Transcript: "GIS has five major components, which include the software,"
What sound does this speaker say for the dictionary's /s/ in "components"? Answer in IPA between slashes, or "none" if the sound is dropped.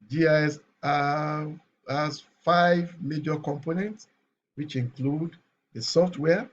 /s/